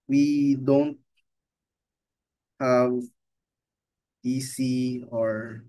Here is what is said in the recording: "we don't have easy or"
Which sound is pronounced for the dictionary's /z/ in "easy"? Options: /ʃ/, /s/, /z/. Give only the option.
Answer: /s/